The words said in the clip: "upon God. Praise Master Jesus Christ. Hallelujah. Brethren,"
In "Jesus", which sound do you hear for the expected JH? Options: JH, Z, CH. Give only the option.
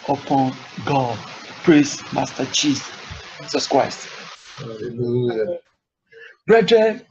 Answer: CH